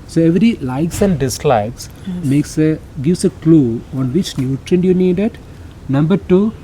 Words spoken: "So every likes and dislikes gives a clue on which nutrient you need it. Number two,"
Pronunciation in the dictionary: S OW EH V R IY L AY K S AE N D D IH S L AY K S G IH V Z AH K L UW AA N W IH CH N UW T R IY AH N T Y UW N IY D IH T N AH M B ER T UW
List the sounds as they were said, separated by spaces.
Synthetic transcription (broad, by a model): S OW EH V R IY L AY K S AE N D D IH S L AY K S G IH V S AH K L UW AA N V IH CH N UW T R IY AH N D Y UW N IY D IH T N AH M B ER T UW